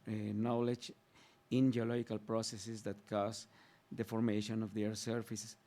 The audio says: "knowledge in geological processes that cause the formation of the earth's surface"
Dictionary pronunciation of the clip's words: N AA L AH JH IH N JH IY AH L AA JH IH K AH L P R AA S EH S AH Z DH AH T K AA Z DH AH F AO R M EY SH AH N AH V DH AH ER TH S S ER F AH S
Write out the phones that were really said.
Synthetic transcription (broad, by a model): N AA L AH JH IH N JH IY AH L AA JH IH K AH L P R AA S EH S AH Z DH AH T K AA S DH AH F AO R M EY SH AH N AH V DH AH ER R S S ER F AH S